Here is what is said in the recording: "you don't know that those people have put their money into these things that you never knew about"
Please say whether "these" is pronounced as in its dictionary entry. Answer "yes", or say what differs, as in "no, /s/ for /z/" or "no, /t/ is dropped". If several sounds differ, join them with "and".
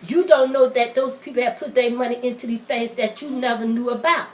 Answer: no, /z/ is dropped